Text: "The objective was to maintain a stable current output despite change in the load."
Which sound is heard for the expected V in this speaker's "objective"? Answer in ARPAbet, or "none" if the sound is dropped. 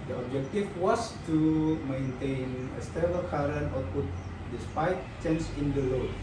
F